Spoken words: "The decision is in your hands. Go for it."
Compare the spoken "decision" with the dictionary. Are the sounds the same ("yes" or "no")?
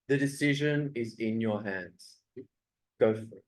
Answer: yes